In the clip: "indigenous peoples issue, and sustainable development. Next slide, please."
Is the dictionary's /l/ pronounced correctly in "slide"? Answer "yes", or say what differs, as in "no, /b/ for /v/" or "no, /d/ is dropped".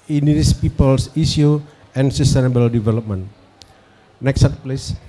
no, /l/ is dropped